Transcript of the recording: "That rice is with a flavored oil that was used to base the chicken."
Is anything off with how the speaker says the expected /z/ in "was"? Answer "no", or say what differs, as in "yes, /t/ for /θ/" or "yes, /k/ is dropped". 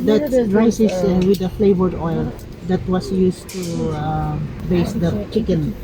yes, /s/ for /z/